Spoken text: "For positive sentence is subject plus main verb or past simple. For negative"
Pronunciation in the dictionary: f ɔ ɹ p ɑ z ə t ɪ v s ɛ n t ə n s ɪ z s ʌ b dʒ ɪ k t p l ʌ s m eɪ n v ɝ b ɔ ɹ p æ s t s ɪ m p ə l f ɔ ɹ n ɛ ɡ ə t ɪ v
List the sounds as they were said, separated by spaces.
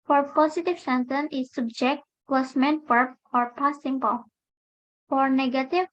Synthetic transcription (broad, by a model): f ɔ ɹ p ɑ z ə t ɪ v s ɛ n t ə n ɪ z s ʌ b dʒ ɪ k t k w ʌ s m eɪ n p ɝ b ɔ ɹ p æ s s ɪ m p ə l f ɔ ɹ n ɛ ɡ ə t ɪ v